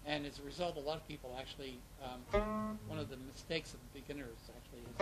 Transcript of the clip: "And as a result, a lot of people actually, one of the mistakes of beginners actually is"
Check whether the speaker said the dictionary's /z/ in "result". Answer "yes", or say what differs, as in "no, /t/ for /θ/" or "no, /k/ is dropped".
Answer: yes